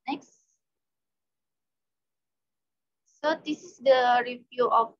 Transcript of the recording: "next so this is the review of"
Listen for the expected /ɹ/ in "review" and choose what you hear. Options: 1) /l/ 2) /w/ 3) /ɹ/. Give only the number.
3